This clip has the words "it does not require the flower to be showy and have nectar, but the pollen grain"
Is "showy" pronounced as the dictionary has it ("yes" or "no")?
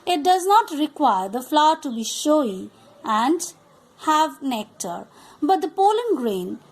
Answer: yes